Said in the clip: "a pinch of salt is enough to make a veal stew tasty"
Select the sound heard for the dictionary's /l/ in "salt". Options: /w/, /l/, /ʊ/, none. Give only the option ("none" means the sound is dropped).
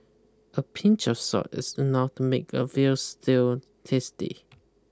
none